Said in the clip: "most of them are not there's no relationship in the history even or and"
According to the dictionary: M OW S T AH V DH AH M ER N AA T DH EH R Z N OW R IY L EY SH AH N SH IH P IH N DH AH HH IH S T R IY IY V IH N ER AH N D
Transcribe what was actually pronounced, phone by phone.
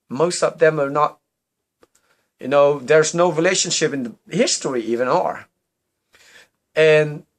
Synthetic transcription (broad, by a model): M OW S T AH V DH AH M ER N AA T DH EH R Z N OW R IY L EY SH AH N SH IH P IH N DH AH HH IH S T R IY IY V IH N ER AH N